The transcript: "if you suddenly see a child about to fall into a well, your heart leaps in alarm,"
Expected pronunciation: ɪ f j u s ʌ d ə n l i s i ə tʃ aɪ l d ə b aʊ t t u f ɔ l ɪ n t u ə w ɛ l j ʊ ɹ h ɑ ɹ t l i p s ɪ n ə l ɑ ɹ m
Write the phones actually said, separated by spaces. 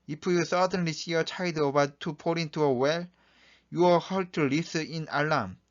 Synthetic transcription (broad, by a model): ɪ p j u s ʌ d ə n l i s i ə tʃ aɪ d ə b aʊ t t u p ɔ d ɪ n t u ə w ɛ l j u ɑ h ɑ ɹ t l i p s ɪ n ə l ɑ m